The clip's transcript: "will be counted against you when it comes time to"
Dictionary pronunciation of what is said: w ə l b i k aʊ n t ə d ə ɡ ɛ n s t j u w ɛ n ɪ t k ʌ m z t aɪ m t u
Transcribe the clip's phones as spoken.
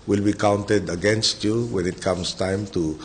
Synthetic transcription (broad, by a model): w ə l b i k aʊ n t ə d ə ɡ ɛ n s t j u w ɛ n ɪ t k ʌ m s t aɪ m t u